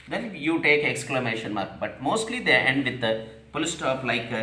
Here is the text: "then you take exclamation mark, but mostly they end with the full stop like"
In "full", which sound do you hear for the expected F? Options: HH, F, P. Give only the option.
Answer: P